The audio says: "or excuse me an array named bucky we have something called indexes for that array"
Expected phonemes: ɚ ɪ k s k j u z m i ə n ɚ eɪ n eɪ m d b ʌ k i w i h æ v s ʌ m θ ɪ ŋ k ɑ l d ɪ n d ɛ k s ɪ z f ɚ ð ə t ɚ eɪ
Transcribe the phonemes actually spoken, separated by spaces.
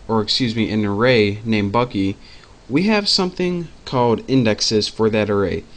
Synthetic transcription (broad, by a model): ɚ ɪ k s k j u z m i ə n ɚ eɪ n eɪ m b ʌ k i w i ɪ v s ʌ m θ ɪ ŋ k ɑ l d ɪ n d ɛ k s ɪ z f ɚ ð ə t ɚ eɪ